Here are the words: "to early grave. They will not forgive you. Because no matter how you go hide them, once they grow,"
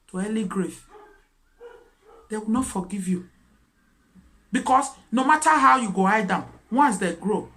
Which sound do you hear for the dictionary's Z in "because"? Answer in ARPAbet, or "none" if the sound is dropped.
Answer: S